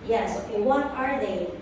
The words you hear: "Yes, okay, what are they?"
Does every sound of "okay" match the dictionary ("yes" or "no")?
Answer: no